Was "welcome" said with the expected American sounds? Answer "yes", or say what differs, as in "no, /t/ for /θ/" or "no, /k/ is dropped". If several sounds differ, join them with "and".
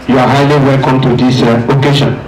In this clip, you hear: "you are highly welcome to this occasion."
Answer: yes